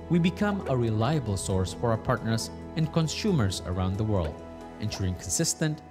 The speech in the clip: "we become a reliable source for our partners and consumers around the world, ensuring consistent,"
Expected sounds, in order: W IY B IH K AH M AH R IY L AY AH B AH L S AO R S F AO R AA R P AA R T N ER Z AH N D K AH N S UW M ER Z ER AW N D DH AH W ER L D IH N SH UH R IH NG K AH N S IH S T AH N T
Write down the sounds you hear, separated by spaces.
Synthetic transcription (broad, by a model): W IY B IH K AH M AH R IY L AY AH B AH L S AO R S F AO R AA P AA R T N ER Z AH N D K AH N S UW M ER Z ER AW N D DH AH W ER L D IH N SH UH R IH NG K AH N S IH S T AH N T